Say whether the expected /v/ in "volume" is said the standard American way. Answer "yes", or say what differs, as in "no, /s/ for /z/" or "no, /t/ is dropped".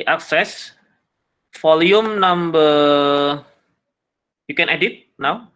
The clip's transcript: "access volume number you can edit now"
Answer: no, /f/ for /v/